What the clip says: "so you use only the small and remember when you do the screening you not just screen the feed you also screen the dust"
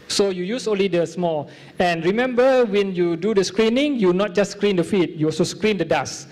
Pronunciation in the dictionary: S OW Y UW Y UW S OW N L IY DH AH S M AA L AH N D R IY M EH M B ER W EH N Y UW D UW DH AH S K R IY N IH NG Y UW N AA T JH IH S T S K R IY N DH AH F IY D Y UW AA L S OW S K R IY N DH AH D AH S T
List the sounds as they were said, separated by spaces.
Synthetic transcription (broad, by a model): S OW Y UW Y UW S OW N L IY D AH S M AA L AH N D R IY M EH M B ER W EH N Y UW D UW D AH S K R IY N IH NG Y UW N AA T JH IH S S K R IY N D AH F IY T Y UW AA L S OW S K R IY N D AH D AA S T